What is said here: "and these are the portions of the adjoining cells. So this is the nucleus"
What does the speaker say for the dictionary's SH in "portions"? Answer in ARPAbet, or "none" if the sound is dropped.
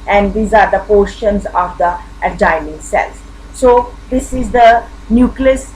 SH